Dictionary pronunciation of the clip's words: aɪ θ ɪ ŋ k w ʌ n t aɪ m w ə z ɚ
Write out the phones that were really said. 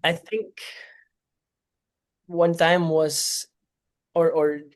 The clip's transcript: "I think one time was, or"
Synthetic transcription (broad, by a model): aɪ θ ɪ ŋ k w ʌ n t aɪ m w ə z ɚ